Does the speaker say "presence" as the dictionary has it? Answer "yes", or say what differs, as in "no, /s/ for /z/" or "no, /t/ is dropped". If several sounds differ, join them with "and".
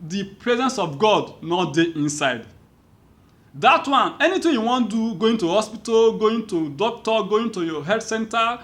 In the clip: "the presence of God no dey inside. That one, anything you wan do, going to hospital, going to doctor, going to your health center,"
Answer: yes